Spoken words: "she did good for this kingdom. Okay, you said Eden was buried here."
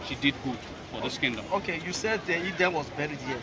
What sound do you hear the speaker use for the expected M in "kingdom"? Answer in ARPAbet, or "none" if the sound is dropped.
none